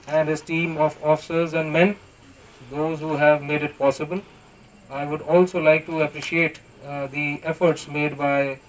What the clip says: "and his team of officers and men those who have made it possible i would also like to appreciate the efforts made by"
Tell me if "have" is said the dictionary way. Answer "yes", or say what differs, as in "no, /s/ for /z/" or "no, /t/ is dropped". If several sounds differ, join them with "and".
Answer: yes